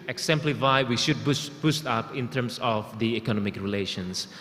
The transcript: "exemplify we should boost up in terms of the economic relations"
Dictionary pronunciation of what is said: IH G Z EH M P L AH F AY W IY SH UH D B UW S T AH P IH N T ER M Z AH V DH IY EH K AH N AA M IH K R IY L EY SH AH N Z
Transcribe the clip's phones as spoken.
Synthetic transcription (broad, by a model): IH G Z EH M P L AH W AY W IY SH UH D B UW S T AH P IH N T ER M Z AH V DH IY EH K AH N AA M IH K R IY L EY SH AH N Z